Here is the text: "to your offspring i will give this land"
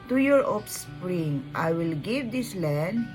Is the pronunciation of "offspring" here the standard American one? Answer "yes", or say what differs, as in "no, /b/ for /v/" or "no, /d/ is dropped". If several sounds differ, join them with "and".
no, /p/ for /f/